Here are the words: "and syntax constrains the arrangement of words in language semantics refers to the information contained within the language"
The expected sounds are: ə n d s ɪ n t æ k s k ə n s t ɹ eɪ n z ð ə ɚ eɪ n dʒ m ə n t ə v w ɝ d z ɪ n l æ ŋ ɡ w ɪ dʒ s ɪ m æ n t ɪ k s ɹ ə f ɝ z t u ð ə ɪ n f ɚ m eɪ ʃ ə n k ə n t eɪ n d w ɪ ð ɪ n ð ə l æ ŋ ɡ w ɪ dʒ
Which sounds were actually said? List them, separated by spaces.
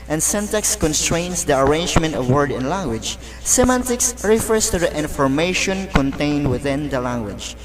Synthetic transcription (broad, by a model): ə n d s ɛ n t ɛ k s k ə n s t ɹ eɪ n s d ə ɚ eɪ n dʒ m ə n t ə v w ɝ d ɪ n l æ ŋ ɡ w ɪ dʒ s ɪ m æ n t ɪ k s ɹ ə f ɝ s t u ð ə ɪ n f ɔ m eɪ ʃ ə n k ə n t eɪ n d w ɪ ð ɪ n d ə l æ ŋ ɡ w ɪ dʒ